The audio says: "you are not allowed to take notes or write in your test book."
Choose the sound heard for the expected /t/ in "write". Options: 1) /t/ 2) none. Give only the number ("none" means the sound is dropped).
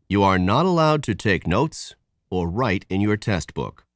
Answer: 1